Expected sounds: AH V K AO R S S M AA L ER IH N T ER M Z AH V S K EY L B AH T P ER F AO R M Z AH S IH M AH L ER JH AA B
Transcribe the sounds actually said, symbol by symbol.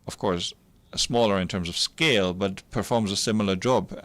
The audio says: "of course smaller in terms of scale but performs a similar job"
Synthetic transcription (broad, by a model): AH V K AO R S S M AA L ER IH N T ER M Z AH V S K EY L B AH T P ER F AO R M Z AH S IH M L ER JH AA B